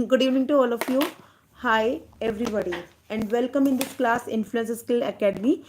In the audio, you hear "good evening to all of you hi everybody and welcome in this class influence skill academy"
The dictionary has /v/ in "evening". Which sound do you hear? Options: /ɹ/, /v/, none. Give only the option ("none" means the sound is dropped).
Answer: none